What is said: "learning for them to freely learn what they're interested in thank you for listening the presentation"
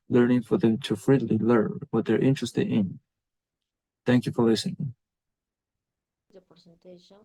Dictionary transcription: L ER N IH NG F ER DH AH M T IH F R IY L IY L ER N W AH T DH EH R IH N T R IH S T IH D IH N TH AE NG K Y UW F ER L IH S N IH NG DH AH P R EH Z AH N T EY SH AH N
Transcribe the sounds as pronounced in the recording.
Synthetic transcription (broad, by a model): L ER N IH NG F ER DH AH M T IH F R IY L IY L ER N W AH T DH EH R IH N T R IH S T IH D IH N TH AE NG K Y UW F ER L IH S IH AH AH N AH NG